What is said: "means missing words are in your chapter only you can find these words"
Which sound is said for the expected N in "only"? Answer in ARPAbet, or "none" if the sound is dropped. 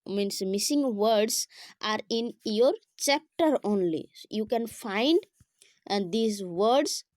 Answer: N